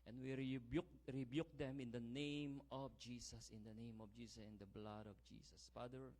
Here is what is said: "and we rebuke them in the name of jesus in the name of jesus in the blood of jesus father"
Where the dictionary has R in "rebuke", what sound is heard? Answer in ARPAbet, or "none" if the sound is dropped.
R